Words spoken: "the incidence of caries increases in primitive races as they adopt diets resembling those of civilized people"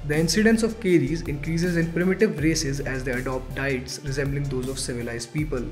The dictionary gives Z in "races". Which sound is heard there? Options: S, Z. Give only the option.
Z